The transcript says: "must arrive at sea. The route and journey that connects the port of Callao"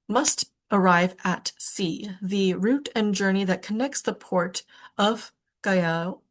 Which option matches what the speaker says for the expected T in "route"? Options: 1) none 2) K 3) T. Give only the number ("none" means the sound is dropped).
3